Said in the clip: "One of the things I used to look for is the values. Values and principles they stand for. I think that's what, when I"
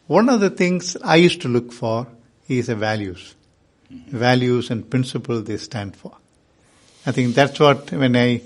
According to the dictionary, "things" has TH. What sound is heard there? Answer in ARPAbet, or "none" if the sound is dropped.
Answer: T